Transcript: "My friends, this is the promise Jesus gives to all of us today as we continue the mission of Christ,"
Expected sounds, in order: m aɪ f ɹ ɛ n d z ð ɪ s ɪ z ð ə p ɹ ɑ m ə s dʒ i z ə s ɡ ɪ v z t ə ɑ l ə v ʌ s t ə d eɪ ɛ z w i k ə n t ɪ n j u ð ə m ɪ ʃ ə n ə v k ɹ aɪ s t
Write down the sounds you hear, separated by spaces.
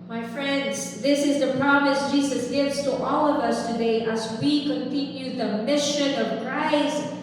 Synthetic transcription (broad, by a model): m aɪ f ɹ ɛ n d z ð ɪ s ɪ z ð ə p ɹ ɑ m ə s dʒ i z ə s ɡ ɪ v z t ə ɑ l ə v ʌ s t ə d eɪ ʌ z w i k ə n t ɪ n j u ð ə m ɪ ʃ ə n ə v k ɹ aɪ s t